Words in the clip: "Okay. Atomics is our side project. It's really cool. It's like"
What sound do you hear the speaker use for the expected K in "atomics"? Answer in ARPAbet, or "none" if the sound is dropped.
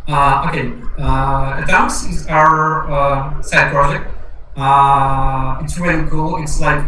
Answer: none